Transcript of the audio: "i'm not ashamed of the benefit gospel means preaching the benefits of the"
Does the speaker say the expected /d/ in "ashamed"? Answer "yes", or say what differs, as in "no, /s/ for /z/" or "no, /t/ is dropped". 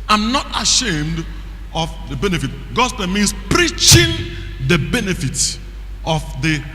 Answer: yes